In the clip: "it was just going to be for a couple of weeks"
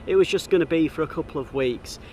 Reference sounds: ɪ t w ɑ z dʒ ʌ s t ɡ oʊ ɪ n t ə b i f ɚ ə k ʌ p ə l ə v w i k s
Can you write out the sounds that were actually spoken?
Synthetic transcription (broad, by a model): ɪ t w ɑ z dʒ ʌ s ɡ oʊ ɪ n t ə b i f ɚ ə k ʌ p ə l ə v w i k s